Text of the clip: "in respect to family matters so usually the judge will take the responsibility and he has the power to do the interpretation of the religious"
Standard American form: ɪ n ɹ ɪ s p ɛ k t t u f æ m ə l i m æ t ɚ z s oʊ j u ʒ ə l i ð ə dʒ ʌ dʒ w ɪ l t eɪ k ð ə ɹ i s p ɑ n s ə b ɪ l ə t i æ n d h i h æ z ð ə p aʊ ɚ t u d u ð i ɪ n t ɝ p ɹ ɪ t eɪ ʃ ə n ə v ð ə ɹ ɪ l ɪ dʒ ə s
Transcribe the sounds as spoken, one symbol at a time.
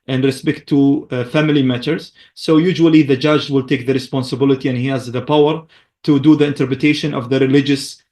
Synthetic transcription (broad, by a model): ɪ n ɹ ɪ s p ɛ k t t u f æ m ə l i m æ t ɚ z s oʊ j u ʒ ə l i ð ə dʒ ʌ dʒ w ɪ l t eɪ k ð ə ɹ i s p ɑ n s ə b ɪ l ə t i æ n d h i h æ z ð ə p aʊ ɚ t u d u ð i ɪ n t ɝ p ɹ ɪ t eɪ ʃ ə n ə v ð ə ɹ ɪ l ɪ dʒ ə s